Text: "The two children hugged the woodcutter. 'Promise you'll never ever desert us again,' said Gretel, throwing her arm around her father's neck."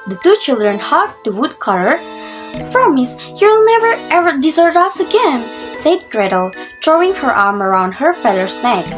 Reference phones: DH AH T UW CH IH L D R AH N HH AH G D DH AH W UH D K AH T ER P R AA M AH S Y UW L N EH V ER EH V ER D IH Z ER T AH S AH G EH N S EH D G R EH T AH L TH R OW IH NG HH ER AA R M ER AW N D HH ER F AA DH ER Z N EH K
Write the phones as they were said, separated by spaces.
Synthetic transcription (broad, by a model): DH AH T UW CH IH L D R AH N HH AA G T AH W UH D K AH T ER P R AA M AH S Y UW L N EH V ER EH V ER D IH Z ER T AH S AH G EH N S EH D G R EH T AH L T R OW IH NG HH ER AA R M ER AW N D HH ER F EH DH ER S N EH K